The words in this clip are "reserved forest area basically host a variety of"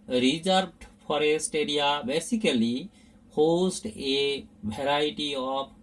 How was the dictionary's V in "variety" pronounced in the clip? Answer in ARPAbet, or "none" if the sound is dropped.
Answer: B